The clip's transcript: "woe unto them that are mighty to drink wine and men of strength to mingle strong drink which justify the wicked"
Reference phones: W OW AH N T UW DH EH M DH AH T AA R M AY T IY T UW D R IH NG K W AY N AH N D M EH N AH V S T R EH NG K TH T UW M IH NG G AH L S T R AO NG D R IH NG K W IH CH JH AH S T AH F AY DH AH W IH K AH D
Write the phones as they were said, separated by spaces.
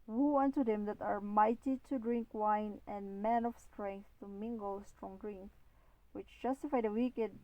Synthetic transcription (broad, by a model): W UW AH N T UW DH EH M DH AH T AA R M AY T IY T UW D R IH NG K W AY N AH N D M EH N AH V S T R EH NG K TH T UW M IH NG G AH L S T R AO NG D R IH NG K W IH CH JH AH S T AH F AY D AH W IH K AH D